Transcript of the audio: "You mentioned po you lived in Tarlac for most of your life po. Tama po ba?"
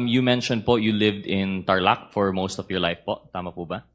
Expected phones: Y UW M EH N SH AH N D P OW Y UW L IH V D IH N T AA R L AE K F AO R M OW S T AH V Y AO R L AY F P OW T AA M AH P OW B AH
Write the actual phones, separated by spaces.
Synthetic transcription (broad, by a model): Y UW M EH N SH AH N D P OW Y UW L IH V D IH N T AA R L AE K F AO R M OW S T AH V Y AO R L AY F P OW T AA M AH P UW B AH